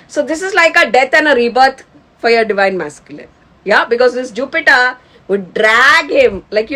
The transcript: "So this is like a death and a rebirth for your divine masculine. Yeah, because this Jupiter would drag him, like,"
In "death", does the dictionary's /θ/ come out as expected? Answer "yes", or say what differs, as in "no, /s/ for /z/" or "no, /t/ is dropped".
no, /t/ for /θ/